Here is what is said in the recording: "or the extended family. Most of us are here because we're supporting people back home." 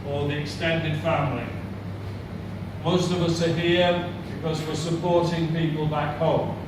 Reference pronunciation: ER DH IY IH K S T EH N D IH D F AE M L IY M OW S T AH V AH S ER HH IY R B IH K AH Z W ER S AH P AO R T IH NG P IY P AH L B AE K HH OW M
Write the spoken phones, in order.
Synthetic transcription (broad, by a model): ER DH IY IH K S T EH N D IH D F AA M L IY M OW S T AH V AH S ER HH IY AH B IH K AH Z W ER S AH P AO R T IH NG P IY P AH L B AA K HH OW M